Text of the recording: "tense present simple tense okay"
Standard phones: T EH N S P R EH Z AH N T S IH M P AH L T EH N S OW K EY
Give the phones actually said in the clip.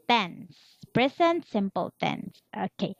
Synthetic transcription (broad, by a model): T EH N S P R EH S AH N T S IH M P AH L T EH N S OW K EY